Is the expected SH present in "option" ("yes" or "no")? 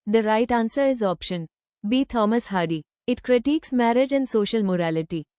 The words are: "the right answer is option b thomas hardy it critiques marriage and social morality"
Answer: yes